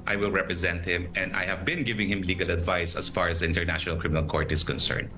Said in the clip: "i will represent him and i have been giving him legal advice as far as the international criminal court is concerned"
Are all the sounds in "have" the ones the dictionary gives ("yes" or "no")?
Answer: yes